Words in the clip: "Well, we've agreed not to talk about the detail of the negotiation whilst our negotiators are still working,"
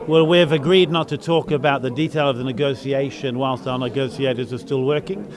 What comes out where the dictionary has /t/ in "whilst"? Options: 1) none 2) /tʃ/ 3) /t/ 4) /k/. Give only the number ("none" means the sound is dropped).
3